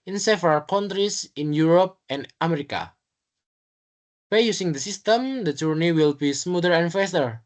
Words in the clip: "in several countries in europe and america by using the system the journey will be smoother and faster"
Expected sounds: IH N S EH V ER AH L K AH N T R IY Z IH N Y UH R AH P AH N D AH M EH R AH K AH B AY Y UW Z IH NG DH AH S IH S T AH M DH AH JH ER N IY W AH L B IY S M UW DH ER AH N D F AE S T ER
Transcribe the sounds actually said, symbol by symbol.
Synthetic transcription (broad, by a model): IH N S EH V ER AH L K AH N T R IY S IH N Y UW R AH P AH N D AH M EH R AH K AH B AY Y UW S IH NG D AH S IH S T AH M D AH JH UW N IY W AH L B IY S M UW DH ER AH N F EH S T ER